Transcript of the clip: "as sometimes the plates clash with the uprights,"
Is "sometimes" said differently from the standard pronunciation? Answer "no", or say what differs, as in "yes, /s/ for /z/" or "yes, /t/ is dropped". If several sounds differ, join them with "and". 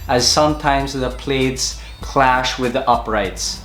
no